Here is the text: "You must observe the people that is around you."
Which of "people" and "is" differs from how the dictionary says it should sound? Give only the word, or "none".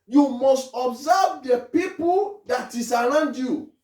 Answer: is